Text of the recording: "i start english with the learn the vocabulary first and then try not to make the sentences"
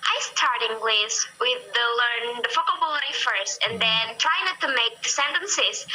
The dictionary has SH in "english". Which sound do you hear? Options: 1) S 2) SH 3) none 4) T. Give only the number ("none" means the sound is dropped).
1